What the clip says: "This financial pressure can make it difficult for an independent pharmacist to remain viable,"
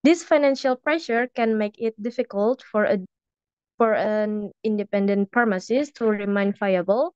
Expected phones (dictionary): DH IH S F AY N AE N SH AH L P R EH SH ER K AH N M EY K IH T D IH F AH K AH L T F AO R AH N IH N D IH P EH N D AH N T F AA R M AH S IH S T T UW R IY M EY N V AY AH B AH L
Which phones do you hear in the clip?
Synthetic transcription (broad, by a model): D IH S F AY N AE N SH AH L P R EH SH ER K AH N M EY K IH T D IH F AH K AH L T F AO R AH N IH N D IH P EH N D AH N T P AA R M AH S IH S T T UW R IY M EY N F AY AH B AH L